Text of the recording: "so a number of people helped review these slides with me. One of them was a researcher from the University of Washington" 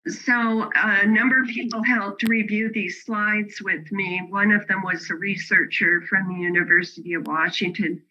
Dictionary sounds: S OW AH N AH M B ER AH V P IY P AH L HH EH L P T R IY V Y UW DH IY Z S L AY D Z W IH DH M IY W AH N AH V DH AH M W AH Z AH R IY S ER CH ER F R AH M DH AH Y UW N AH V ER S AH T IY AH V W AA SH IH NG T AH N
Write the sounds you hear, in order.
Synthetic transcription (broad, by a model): S OW AH N AH M B ER AH V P IY P L HH EH L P T R IY V Y UW DH IY Z S L AY D Z W IH DH M IY W AH N AH V DH AH M W AH Z AH R IY S ER CH ER F R AH M DH AH Y UW N AH V ER S AH T IY AH V W AA SH IH NG T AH N